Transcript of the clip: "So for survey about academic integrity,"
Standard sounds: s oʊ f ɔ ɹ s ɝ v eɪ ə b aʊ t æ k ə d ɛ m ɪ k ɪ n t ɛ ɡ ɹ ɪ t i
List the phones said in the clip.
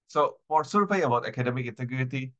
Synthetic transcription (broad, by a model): s oʊ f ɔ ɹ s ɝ f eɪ ə b aʊ t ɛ k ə d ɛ m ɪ k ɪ n t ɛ ɡ ɹ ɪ t i